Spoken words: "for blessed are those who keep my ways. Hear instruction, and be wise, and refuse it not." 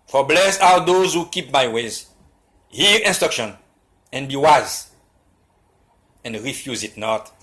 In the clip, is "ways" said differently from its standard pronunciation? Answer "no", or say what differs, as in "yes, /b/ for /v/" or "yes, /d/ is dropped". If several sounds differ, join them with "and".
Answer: no